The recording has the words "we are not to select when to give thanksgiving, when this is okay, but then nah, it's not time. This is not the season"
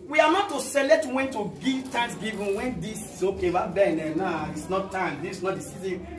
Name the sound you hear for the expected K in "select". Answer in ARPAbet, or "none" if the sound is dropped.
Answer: none